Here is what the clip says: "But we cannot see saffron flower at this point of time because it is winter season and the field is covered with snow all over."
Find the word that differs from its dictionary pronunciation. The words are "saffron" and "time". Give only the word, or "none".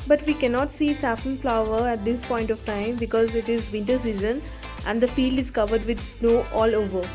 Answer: saffron